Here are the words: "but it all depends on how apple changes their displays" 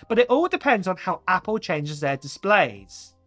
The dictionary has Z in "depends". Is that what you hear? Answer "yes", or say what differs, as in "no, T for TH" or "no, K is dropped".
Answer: yes